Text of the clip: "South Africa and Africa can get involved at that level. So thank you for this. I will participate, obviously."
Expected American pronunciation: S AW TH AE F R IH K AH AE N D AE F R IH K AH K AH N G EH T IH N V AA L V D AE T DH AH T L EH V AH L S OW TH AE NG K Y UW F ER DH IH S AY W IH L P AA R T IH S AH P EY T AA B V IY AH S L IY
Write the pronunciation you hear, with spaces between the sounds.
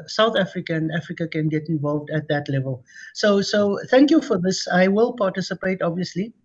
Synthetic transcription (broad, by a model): S AW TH AE F R IH K AH N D AE F R IH K AH K AH N G EH T IH N V AA L V D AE T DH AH T L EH V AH L S OW T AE NG K Y UW F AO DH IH S AY W IH L P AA T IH S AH P EY T AA B V IY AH S L IY